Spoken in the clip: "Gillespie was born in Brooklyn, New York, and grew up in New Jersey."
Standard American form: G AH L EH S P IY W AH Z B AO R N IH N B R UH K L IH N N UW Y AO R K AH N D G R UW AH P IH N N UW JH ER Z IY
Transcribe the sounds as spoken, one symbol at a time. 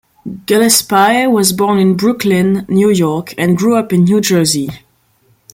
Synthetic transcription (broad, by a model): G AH L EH S P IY W AH Z B AO R N IH N B R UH K L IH N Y UW Y AO R K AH N G R UW AH P IH N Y UW JH ER Z IY